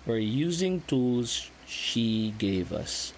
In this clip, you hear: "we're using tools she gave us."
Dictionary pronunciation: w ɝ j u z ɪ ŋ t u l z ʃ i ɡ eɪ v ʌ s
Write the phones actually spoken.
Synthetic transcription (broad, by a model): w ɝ j u z ɪ ŋ t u l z ʃ i ɡ eɪ v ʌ s